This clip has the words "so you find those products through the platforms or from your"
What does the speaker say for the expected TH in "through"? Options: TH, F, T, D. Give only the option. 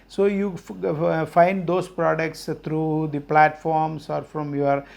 T